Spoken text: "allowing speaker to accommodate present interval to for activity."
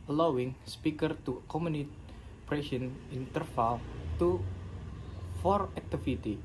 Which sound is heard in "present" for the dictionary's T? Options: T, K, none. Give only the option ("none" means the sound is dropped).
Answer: none